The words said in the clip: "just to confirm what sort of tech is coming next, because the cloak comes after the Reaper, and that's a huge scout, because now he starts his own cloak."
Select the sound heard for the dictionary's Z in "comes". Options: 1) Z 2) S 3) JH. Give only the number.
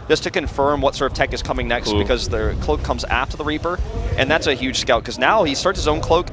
1